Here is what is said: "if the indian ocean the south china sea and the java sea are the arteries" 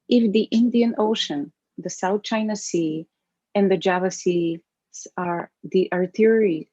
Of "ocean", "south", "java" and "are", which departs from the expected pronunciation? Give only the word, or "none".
none